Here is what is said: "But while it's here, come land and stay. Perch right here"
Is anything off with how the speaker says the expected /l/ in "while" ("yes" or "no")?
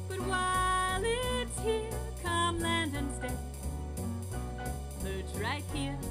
no